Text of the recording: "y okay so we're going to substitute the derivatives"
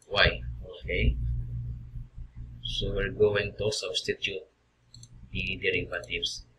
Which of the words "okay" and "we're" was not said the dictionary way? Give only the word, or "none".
we're